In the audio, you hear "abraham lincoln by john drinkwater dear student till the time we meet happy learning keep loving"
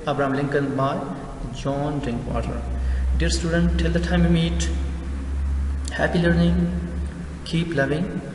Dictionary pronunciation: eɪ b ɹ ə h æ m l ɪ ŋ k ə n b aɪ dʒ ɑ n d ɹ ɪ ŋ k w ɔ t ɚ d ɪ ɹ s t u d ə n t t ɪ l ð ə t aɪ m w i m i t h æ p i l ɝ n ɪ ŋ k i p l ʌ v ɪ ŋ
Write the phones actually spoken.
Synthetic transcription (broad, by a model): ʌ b ɹ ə m l ɪ ŋ k ə n b aɪ dʒ ɑ n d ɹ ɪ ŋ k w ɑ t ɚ d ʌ ɹ s t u d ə n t t ɪ l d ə t aɪ m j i m i t h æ p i l ɝ n ɪ ŋ k i p l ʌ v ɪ ŋ